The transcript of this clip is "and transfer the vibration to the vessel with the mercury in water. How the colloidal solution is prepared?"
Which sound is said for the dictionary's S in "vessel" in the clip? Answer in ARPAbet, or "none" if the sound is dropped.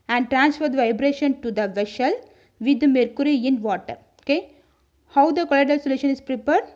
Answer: SH